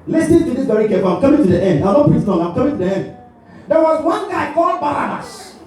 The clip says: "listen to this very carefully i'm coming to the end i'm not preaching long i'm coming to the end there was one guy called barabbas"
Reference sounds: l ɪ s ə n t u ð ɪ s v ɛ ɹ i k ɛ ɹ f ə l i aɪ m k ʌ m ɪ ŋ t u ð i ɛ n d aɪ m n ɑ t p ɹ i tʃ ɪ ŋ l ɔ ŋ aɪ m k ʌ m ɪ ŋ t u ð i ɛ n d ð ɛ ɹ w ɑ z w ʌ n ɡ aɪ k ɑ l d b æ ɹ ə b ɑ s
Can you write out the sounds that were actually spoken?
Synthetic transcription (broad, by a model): l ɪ s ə n t u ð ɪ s b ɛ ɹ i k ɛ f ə i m k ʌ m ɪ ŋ t u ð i ɛ n d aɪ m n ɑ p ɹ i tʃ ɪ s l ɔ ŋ aɪ m k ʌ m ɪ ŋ t u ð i ɛ n d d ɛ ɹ w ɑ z w ʌ n ɡ aɪ k ɑ l d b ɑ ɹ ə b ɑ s